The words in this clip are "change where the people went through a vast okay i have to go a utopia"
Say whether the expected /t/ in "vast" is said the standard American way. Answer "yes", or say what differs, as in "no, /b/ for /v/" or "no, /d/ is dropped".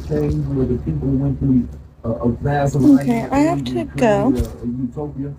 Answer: no, /t/ is dropped